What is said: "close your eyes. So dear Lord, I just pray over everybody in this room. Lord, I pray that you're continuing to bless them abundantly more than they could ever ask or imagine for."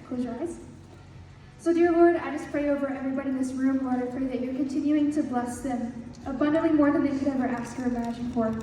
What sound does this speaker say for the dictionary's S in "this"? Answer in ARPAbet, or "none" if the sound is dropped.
S